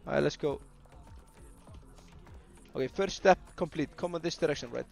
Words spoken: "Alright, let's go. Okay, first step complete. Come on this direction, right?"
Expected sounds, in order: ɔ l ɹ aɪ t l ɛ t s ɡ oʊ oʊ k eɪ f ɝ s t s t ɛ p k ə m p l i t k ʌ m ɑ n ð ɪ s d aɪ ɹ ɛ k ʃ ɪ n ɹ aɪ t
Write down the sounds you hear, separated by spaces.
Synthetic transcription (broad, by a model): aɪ l ɛ t s ɡ oʊ oʊ k eɪ f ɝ t s t ɛ p k ə m p l i t k ʌ m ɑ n ð ɪ s d aɪ ɹ ɛ k ʃ ɪ n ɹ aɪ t